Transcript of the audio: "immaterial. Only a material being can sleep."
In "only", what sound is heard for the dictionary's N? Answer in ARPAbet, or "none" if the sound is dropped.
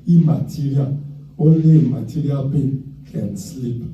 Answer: none